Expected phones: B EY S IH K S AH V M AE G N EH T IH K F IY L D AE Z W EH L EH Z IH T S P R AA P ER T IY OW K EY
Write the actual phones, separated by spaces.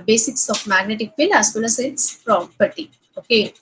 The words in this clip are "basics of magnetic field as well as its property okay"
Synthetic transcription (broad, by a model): B EY S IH K S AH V M AE G N EH T IH K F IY L AE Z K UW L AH S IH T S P R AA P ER T IY OW K EY